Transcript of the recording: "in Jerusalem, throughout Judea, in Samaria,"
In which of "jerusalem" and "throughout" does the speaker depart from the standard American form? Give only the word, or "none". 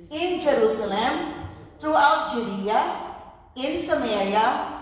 throughout